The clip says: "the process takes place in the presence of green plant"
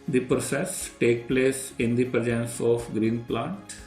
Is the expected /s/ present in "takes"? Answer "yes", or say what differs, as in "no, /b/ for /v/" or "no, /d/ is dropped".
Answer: no, /s/ is dropped